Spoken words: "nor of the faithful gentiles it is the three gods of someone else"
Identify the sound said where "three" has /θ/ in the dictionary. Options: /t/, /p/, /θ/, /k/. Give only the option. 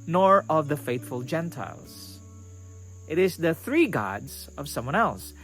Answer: /θ/